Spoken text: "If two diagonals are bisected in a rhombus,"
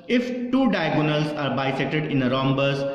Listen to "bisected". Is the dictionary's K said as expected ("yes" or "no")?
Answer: no